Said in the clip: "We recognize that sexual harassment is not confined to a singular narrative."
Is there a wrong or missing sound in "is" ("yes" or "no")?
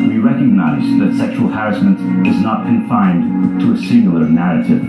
no